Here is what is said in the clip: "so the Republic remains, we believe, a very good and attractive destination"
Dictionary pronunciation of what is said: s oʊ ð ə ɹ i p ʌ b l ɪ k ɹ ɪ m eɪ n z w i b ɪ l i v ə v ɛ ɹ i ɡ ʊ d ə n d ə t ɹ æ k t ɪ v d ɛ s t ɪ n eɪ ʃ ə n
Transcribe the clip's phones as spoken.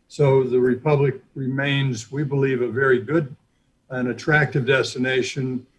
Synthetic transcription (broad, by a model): s oʊ ð ə ɹ i p ʌ b l ɪ k ɹ ɪ m eɪ n z w i b ɪ l i v ə v ɛ ɹ i ɡ ʊ d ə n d ə t ɹ æ k t ɪ v d ɛ s t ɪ n eɪ ʃ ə n